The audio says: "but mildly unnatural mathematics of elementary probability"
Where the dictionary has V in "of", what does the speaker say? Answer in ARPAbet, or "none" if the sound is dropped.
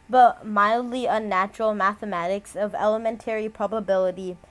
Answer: V